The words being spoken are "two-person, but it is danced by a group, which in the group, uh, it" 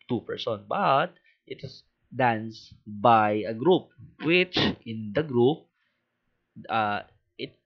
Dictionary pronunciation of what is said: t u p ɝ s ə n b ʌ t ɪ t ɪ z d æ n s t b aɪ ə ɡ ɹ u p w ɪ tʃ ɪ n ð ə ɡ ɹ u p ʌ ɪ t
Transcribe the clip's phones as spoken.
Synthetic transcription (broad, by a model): t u p ɝ s ə n b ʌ t ɪ t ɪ s d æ n s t b aɪ ə ɡ ɹ u p w ɪ tʃ ɪ n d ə ɡ ɹ u p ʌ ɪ t